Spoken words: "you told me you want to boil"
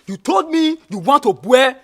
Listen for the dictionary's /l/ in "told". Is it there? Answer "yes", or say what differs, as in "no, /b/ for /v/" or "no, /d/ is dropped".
yes